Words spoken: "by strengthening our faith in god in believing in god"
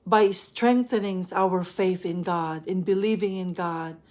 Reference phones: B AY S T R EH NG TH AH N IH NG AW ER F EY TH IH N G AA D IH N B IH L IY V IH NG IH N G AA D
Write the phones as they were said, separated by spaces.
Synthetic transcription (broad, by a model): B AY S T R EH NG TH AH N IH NG AW ER F EY TH IH N G AA D IH N B IH L IY V IH NG IH N G AA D